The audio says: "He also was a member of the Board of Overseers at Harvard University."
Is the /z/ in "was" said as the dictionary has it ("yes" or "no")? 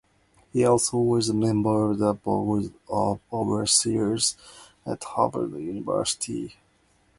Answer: yes